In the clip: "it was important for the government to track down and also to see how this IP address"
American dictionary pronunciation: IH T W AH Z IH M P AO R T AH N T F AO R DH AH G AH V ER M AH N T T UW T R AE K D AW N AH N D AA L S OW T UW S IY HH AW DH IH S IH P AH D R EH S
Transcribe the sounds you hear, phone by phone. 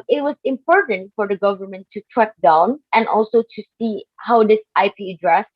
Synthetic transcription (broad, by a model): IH T W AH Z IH M P AO R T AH N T F AO R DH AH G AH V ER M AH N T T UW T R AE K D AW N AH N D AA L S OW T UW S IY HH AW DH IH S IH P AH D R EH S